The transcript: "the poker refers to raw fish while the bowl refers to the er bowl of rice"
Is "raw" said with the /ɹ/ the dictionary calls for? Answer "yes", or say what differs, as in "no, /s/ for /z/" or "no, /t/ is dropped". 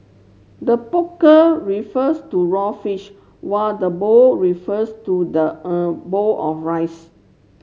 yes